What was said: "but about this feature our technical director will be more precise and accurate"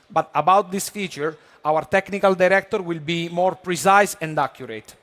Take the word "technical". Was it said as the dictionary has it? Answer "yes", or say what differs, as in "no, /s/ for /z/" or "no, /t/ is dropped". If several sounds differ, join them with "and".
yes